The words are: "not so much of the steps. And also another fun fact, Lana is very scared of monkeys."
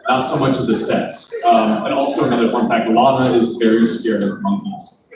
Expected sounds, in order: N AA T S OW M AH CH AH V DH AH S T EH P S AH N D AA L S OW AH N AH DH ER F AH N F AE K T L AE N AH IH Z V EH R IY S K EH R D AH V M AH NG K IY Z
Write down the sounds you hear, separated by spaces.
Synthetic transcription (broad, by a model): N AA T S OW M AH CH AH V DH AH S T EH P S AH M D AA L S OW AH N AH DH ER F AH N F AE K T L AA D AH IH Z V EH R IY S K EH R AH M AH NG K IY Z